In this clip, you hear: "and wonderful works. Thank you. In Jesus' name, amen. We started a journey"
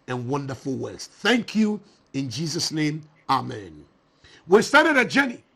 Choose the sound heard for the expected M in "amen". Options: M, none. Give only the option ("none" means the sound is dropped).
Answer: M